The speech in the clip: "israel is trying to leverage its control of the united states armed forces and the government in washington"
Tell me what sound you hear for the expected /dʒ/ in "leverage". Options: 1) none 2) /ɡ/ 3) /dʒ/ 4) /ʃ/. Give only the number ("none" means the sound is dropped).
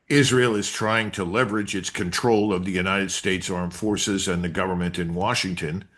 3